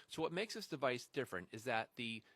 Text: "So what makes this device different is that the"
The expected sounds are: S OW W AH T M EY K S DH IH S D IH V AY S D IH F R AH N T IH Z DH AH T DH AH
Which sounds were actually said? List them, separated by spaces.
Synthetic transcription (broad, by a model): S OW W AH T M EY K S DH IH S D IH V AY S D IH F R AH N T IH Z DH AH T DH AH